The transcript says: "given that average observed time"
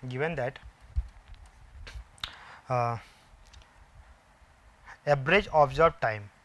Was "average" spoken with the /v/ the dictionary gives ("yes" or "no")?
no